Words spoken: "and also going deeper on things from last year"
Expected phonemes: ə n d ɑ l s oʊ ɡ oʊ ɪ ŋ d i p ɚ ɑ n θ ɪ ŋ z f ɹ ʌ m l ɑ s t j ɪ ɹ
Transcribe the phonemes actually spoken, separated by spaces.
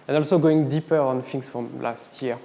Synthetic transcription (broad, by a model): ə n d ɑ l s oʊ ɡ oʊ ɪ ŋ d i p ɚ ɑ n f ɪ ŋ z f ɹ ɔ m l ɑ s t j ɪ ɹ